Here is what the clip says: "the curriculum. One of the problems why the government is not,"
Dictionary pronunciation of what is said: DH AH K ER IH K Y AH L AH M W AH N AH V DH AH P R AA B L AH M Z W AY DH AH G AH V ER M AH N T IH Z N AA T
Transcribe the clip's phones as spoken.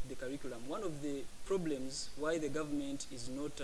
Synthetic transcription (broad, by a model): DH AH K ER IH K Y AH L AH M W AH N AH V DH AH P R AA B L AH M Z W AY DH AH G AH V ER M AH N T IH Z N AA T